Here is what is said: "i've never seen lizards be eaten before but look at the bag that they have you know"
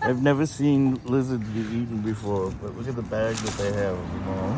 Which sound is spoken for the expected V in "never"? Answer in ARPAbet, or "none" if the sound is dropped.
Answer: V